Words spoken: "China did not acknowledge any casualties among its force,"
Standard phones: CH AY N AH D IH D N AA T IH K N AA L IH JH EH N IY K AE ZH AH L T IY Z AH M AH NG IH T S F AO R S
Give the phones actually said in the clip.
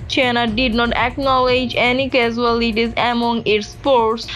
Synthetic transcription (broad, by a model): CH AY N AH D IH D N AA T IH K N AA L IH JH EH N IY K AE Z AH L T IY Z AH M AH NG IH T S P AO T S